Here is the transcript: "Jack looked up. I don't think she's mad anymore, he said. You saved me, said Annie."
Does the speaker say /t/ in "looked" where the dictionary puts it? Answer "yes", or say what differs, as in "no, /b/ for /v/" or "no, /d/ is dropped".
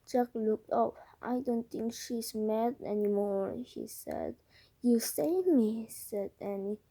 yes